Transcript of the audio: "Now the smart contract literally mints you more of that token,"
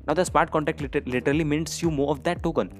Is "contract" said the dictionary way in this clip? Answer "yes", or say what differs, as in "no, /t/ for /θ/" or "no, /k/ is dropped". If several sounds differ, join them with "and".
no, /ɹ/ is dropped